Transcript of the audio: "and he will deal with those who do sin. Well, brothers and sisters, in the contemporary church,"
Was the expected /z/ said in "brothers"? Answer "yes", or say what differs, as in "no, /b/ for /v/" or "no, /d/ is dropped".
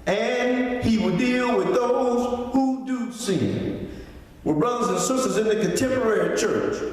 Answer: yes